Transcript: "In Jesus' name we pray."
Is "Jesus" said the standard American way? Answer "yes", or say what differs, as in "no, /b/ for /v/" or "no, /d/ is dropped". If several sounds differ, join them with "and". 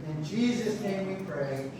yes